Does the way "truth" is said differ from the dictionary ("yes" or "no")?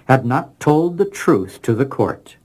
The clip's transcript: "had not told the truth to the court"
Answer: no